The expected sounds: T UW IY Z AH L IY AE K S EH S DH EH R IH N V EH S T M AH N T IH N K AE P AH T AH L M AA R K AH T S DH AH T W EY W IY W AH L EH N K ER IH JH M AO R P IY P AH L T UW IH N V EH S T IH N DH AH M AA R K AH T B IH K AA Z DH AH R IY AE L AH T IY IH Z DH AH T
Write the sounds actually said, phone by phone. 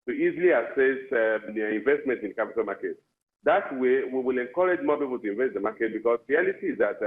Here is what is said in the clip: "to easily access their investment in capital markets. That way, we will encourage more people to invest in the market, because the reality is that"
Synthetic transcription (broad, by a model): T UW IY Z AH L IY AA S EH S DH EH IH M V EH S T M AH N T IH N K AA P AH T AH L M AA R K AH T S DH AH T W EY W IY W AH L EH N K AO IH JH M AO P IY P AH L T UW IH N V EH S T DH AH M AA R K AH T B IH K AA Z R IY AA L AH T IY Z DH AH T